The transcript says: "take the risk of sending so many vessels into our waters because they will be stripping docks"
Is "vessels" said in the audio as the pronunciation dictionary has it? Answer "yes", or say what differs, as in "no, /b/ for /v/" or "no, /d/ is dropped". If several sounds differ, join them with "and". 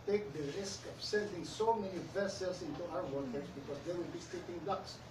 no, /s/ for /z/